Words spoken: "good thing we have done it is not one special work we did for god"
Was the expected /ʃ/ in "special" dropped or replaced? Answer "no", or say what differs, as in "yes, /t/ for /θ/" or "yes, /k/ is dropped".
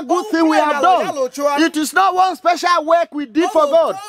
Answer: no